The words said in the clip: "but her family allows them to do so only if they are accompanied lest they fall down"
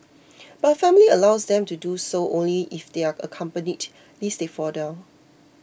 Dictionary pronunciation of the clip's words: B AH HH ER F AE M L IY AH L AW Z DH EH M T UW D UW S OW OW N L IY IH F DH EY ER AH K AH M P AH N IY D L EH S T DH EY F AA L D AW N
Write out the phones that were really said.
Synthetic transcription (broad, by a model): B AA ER F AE M L IY AH L AW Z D EH M T UW D UW S OW OW N L IY IH F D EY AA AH K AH M P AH N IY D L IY S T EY F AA D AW